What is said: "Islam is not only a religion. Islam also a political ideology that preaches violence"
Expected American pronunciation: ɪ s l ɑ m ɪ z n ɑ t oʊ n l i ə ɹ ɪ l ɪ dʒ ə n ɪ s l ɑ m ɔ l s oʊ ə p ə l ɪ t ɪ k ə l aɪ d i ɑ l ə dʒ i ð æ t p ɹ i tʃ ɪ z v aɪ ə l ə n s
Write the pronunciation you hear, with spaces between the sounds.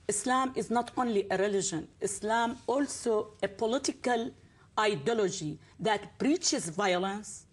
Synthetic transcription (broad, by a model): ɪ s l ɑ m ɪ z n ɑ t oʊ n l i ə ɹ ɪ l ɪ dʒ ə n ɪ s l ɑ m ɔ l s oʊ ə p ə l ɪ t ɪ k ə l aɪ d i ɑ l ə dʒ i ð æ t b ɹ i tʃ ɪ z v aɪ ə l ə n s